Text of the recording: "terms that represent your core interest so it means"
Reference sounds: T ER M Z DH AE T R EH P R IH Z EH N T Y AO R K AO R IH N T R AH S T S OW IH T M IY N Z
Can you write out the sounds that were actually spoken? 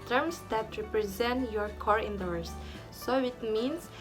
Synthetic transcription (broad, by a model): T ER M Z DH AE T R EH P R IH Z EH N T Y AO R K AO R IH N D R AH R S S OW IH T M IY N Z